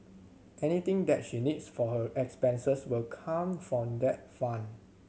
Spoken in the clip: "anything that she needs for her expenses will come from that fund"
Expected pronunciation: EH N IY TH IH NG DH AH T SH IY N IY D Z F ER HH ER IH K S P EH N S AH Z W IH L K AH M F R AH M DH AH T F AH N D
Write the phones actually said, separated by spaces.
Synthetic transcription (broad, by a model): EH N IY T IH NG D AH T SH IY N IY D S F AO HH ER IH K S P EH N S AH S W IH L K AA M F R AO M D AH T F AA N